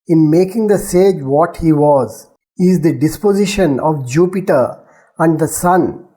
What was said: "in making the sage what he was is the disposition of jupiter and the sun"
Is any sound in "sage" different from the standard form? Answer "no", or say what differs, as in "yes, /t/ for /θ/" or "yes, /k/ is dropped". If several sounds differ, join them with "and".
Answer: no